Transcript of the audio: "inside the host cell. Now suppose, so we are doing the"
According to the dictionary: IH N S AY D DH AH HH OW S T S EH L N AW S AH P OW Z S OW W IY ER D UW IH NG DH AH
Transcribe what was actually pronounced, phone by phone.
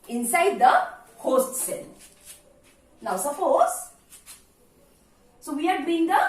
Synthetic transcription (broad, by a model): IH N S AY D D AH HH OW S T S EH N N AW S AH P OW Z S OW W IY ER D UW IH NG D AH